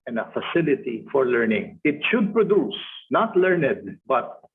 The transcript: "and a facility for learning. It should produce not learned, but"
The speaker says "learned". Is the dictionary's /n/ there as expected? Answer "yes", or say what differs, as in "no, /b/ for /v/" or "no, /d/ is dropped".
yes